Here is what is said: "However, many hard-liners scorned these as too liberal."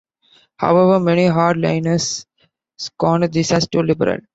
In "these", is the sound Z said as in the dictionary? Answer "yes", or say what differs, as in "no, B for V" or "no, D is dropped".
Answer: no, S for Z